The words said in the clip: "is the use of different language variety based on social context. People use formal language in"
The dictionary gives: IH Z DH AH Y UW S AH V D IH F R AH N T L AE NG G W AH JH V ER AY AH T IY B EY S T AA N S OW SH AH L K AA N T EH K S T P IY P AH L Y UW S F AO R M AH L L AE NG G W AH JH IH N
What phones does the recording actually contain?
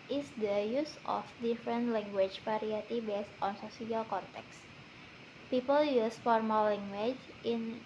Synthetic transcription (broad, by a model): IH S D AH Y UW S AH F D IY F R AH N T L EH NG G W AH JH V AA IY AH T IY B EY S T AA N S OW S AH L K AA N T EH K S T P IY P AH L Y UW S F AO R M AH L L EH NG G W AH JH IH N